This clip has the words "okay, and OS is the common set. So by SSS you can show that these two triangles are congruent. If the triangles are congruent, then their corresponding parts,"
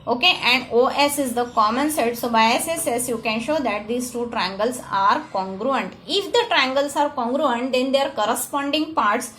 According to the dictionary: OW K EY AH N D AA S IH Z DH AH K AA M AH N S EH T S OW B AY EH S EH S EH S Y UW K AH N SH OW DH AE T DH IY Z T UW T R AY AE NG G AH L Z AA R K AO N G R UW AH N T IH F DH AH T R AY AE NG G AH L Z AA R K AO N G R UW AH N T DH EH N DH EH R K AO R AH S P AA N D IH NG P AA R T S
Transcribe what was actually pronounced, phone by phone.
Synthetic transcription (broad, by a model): OW K EY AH N D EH S IH Z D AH K AA M AH N S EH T S OW B AY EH S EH S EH S Y UW K AH N SH OW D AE T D IY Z T UW T R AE NG G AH L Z AA R K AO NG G R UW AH N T IH F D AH T R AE NG G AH L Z AA R K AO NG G R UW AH N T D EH N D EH R K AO R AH S P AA N D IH NG P AA R T S